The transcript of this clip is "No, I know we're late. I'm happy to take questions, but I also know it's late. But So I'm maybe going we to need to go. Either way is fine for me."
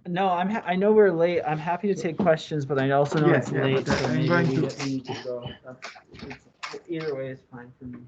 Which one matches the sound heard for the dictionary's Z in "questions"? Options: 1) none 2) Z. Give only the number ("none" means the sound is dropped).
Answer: 2